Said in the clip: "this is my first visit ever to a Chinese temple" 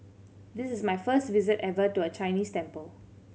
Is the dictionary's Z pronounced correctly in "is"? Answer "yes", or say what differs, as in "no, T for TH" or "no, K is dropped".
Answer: no, S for Z